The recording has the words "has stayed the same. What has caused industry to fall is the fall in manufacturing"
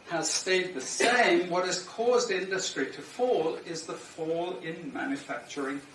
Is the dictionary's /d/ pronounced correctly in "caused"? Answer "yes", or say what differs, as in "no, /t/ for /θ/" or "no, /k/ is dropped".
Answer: yes